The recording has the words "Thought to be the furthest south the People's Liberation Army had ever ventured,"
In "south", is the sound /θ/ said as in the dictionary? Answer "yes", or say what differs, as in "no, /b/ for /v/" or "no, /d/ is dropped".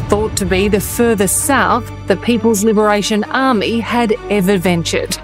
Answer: yes